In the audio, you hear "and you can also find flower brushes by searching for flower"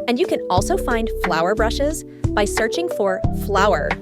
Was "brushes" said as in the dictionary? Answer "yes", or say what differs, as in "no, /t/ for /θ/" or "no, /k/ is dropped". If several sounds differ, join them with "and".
yes